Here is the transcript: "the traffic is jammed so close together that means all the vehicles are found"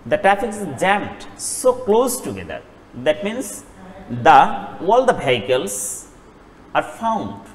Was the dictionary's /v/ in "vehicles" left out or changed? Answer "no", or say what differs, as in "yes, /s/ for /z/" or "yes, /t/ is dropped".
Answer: yes, /b/ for /v/